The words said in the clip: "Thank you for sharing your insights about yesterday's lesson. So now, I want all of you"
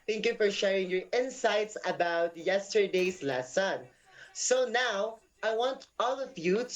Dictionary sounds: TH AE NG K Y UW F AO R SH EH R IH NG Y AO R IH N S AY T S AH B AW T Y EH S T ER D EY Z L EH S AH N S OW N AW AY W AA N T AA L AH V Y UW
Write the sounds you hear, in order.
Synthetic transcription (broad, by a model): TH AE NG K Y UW F AO R SH EH R IH NG Y AO R IH N S AY T S AH B AW T Y EH S T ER D EY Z L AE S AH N S OW N AW AY W AA N T AA L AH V Y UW